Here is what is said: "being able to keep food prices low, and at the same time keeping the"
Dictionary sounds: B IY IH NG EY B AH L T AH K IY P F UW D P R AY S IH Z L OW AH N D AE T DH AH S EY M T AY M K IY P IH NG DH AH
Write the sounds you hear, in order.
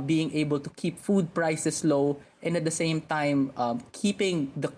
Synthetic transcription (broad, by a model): B IY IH NG EY B AH L T AH K IY P F UW D P R AY S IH S L OW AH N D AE T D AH S EY M T AY M K IY P IH NG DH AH